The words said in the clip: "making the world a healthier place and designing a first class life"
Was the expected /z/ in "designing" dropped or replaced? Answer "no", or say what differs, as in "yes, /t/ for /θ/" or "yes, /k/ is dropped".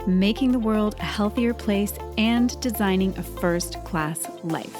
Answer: no